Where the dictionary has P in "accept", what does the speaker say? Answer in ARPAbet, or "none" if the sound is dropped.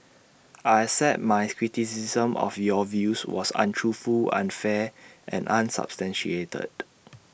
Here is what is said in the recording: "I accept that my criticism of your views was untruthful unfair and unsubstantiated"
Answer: none